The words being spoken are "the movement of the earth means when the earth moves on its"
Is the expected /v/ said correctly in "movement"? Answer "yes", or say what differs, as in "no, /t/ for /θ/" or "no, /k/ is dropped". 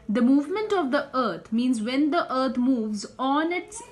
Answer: yes